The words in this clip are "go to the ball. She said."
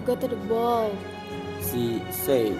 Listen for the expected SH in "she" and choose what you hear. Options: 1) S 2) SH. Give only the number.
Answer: 1